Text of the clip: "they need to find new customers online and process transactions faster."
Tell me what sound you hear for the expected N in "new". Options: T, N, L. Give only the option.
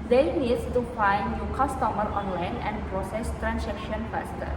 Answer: L